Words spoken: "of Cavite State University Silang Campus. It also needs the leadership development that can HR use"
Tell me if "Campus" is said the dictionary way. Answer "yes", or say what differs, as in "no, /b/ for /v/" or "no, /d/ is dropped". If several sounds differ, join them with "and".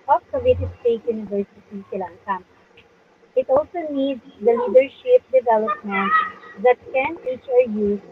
no, /p/ is dropped